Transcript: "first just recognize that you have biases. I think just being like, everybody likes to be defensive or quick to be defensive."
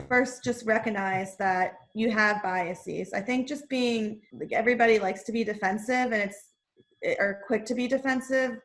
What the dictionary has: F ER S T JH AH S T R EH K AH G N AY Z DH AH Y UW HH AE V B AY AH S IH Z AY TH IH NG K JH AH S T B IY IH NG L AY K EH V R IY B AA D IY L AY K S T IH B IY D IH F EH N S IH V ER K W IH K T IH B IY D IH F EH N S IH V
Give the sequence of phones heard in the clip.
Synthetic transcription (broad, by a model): F ER S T JH AH S T R EH K AH G N AY Z DH AH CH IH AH V B AY AH S IH Z AY TH IH NG K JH AH S B IY IH NG L AY K EH V R IY B AA D IY L AY K S T IH B IY D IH F EH N S IH V ER K W IH K T IH B IY D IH F EH N S IH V